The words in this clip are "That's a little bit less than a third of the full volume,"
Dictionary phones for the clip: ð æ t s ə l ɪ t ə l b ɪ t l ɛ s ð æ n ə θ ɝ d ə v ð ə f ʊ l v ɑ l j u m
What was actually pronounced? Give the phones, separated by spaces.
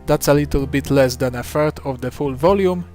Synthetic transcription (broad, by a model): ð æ t s ə l ɪ t ə l b ɪ t l ɛ s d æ n ə f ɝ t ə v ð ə f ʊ l v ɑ l j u m